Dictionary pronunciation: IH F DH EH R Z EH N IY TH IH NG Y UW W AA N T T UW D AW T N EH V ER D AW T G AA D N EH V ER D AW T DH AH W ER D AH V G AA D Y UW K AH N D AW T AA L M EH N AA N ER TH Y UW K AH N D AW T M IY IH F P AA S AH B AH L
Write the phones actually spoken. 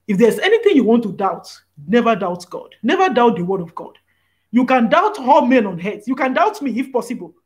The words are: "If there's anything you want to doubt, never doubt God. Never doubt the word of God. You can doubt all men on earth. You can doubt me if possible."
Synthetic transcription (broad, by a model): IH F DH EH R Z EH N IY TH IH NG Y UW W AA N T T UW D AW T N EH V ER D AW T G AA D N EH V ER D AW T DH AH W ER D AH V G AA D Y UW K AH N D AW T AA L M EH N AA N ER S Y UW K AH N D AW T M IY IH F P AA S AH B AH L